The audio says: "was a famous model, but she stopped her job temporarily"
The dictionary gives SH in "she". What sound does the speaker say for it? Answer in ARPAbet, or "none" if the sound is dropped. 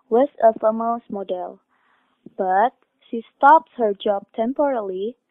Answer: SH